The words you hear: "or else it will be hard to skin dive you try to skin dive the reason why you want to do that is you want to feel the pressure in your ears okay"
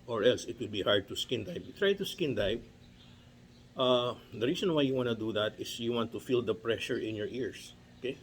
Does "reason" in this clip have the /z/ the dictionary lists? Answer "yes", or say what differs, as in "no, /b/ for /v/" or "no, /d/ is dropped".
no, /s/ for /z/